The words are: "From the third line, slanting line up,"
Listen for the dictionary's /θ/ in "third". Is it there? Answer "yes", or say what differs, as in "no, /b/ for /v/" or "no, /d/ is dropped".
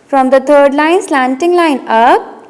no, /t/ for /θ/